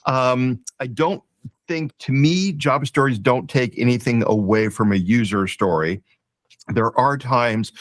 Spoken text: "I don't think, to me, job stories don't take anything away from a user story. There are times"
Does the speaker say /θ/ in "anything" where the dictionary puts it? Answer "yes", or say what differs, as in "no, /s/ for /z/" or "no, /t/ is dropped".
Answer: yes